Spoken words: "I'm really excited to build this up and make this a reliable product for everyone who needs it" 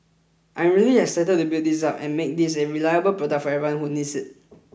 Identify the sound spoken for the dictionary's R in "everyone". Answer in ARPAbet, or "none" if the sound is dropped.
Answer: none